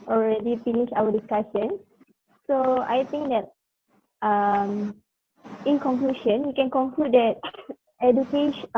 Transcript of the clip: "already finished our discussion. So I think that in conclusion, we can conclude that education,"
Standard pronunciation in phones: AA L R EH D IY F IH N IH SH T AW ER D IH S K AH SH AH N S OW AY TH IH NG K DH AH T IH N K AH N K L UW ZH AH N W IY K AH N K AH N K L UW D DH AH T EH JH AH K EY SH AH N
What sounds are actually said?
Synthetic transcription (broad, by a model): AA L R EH D IY F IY N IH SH AW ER D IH S K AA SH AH N S OW AY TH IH NG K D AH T IH N K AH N K L UW SH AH N W IY K AH N K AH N K L UW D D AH T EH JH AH K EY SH